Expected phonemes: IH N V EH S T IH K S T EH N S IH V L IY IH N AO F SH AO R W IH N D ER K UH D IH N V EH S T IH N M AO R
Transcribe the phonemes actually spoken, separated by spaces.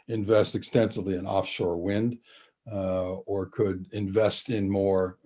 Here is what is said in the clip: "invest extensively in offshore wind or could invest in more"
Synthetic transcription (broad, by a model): IH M V EH S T IH K S T EH N S IH V L IY IH N AO F SH AO R W IH N D ER K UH D IH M V EH S T IH N M AO R